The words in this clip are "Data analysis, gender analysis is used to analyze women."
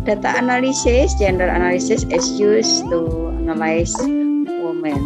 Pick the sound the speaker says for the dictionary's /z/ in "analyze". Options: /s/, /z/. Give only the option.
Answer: /s/